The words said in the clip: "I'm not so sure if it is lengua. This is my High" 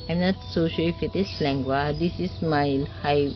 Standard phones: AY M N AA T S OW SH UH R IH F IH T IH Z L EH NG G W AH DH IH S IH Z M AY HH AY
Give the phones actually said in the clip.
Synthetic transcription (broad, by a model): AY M N AA T S OW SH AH L IH F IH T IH S L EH NG G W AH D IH S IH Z M AY HH AY